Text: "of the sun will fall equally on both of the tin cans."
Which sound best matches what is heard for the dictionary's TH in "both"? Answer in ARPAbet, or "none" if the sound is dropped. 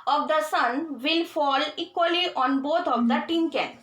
T